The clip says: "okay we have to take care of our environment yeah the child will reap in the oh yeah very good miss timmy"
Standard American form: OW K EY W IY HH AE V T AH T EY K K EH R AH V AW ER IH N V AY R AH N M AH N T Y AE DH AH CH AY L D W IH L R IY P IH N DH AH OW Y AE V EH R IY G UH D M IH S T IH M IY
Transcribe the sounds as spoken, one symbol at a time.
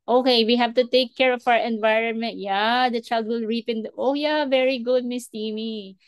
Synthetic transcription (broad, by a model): OW K EY W IY HH AE V T AH T EY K K EH R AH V AW ER IH N V AY R AH N M AH N T Y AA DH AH CH AY L D W IH L R IY P IH N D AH OW Y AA V EH R IY G UH D M IH S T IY M IY